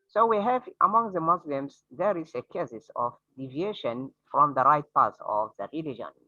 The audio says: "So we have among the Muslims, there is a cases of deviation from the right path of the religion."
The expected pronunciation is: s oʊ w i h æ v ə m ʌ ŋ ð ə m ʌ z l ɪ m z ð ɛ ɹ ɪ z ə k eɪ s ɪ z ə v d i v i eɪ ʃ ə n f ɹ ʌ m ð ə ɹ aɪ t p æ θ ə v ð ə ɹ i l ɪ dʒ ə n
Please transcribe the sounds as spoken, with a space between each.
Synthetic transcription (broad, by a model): s oʊ w i h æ v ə m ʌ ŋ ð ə m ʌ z l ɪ m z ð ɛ ɹ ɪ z ə k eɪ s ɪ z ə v d i v i eɪ ʃ ə n f ɹ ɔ m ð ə ɹ aɪ t p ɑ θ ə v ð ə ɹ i l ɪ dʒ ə n